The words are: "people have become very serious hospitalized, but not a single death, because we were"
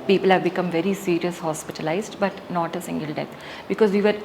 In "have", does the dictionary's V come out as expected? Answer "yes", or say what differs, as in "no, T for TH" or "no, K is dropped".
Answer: yes